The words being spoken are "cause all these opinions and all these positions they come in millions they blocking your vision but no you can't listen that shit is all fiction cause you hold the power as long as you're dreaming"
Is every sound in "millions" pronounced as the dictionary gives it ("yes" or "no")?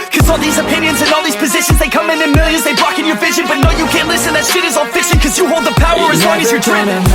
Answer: no